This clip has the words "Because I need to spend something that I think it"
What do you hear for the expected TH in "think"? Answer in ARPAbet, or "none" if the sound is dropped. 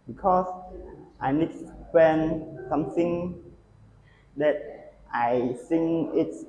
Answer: S